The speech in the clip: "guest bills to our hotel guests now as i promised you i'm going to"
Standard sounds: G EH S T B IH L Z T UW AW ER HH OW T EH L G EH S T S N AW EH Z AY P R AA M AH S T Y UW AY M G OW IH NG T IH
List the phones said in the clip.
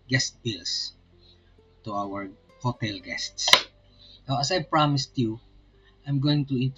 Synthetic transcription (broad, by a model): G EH S T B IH L S T UW AW ER HH OW T EH L G EH S T S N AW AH S AY P R AA M AH S T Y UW AY M G OW IH NG T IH